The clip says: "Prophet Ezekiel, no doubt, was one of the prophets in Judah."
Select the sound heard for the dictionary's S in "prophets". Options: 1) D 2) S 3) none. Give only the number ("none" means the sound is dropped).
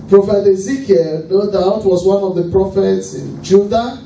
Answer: 2